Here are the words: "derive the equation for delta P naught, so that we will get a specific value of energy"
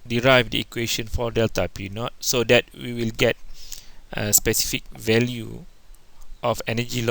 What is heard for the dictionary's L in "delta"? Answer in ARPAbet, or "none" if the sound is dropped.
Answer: L